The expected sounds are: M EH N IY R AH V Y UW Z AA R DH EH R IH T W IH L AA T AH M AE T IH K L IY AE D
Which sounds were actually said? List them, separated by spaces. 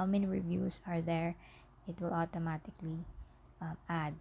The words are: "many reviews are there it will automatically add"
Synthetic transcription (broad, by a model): M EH N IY R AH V Y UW S AA R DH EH R IH T W IH L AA T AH M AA T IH K L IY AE D